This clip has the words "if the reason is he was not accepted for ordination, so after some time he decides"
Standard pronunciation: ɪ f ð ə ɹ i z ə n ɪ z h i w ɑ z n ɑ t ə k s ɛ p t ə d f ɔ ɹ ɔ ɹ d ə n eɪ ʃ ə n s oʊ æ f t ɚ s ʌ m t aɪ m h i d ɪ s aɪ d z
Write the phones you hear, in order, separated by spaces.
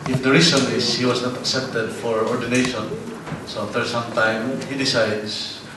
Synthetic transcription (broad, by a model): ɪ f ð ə ɹ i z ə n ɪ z h i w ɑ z n ɑ t ə k s ɛ p t ə d f ɔ ɹ ɔ ɹ d ə n eɪ ʃ ə n s oʊ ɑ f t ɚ s ʌ m t aɪ m h i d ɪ s aɪ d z